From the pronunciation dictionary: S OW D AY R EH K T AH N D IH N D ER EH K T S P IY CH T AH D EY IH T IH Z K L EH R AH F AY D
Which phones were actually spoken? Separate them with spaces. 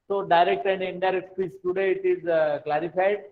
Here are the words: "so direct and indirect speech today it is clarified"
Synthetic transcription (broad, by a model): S OW D AY R EH K T AH N D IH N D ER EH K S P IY S T AH D EY IH T IH Z K L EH R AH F AY D